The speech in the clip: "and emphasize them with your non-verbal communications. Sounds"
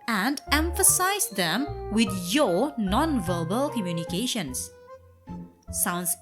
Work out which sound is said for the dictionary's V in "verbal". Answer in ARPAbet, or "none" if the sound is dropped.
V